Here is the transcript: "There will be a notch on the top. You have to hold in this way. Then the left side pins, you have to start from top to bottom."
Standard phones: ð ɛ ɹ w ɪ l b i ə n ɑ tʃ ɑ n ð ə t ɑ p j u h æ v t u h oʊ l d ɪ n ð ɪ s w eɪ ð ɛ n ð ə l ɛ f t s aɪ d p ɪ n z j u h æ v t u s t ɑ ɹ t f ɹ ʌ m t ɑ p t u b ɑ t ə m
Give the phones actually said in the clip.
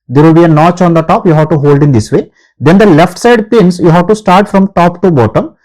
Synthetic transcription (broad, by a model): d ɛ ɹ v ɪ l b i ə n ɑ tʃ ɑ n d ə t ɑ p j u h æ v t u h oʊ l d ɪ n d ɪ s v eɪ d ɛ n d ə l ɛ f t s aɪ d p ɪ n s j u h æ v t u s t ɑ ɹ t f ɹ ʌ m t ɑ p t u b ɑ t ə m